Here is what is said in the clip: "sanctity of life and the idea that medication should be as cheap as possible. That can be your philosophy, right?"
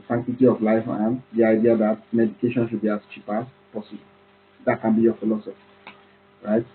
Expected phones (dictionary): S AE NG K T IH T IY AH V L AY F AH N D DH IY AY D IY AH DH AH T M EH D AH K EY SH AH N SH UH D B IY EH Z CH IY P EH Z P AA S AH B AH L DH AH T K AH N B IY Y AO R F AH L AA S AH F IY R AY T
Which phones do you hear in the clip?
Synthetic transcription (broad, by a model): S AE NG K T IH T IY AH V L AY F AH N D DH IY AY D IY AH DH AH T M EH D AH K EY SH AH N SH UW D B IY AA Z CH IY P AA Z P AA S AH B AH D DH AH T K AH N B IY Y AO F AH L AA S AH F IY R AY T